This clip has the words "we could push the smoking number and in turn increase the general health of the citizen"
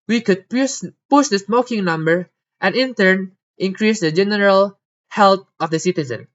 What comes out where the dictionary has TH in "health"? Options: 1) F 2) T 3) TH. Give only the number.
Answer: 2